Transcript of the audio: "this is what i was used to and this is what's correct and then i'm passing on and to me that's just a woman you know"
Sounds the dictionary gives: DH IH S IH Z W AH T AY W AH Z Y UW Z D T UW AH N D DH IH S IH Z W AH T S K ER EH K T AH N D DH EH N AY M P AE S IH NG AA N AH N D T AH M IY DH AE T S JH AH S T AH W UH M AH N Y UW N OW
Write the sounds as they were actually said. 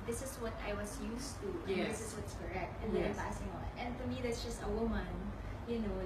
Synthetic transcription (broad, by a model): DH IH S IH S W AH T AY W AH S Y UW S T UW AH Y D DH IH S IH S W AH T S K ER EH K T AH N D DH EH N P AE S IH NG AA N AH N D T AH M IY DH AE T S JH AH S T AH W UH M AH N Y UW N OW